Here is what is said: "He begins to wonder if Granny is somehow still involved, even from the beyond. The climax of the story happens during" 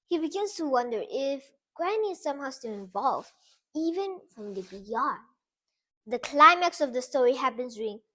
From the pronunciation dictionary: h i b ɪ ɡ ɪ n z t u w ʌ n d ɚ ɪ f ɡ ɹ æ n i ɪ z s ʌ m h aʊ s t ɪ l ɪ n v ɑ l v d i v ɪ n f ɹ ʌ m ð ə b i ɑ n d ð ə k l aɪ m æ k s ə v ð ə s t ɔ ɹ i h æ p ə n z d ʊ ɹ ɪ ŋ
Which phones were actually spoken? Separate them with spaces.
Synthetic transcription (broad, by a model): h i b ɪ ɡ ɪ n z t u w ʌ n d ɚ ɪ f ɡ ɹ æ n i s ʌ m h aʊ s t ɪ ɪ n v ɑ l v i v ɪ n f ɹ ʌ m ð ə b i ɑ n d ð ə k l aɪ m æ k s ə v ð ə s t ɔ ɹ i h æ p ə n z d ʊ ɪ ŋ